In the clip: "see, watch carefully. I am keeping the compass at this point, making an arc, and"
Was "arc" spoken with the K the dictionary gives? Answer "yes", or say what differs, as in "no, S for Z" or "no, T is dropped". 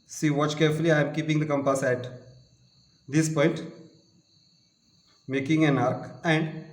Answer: yes